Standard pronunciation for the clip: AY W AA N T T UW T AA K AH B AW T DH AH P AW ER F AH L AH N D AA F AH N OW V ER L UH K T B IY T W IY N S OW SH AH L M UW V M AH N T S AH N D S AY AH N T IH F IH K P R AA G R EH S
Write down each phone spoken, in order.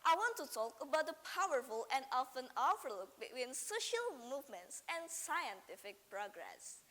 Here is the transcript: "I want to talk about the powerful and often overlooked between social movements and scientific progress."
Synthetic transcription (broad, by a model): AY W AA N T T UW T AA K AH B AW T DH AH P AW ER F AH L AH N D AA F AH N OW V ER L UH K B IY T W IY N S OW SH AH L M UW V M AH N T S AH N S AY AH N T IH F IH K P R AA G R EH S